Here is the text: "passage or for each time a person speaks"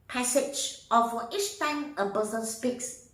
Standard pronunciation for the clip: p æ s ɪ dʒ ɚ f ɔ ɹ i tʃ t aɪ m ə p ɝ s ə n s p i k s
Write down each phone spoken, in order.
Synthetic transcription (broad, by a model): p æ s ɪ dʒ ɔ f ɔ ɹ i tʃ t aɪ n ə b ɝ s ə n s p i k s